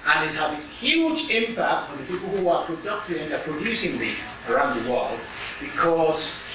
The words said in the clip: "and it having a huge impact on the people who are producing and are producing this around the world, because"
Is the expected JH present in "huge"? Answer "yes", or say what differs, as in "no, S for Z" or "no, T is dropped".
yes